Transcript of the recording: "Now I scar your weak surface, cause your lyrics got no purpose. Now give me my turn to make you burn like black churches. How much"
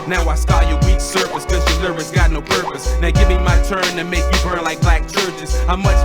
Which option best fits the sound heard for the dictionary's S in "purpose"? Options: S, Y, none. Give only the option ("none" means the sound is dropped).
S